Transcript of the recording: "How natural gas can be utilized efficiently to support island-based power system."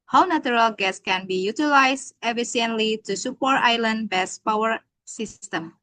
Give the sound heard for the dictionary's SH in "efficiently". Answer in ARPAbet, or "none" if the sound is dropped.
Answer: none